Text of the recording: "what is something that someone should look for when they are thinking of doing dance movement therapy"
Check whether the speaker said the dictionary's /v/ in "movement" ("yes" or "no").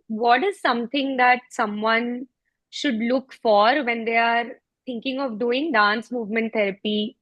yes